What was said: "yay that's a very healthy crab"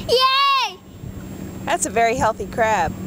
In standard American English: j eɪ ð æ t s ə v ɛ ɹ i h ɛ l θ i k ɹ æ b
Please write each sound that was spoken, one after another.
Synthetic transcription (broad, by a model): j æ ð æ t s ə v ɛ ɹ i h ɛ l θ i k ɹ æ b